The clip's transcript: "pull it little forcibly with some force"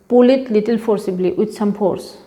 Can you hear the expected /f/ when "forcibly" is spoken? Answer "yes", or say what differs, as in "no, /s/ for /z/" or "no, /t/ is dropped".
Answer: no, /p/ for /f/